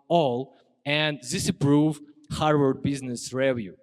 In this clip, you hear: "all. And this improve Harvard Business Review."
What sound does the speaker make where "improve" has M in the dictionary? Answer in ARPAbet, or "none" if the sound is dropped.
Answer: none